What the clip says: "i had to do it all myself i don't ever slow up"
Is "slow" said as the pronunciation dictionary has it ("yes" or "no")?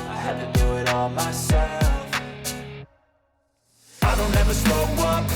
no